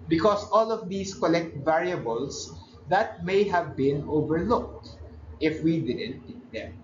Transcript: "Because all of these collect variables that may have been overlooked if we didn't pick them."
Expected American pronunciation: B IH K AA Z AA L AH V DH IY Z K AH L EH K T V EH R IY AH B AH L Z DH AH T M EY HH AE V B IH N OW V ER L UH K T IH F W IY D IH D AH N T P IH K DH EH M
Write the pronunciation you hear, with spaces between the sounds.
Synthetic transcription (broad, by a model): B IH K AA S AA L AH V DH IY S K AH L EH K T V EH R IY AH B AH L S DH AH T M EY HH AE V B IH N OW V ER L UH K T IH F W IY D IH D AH N T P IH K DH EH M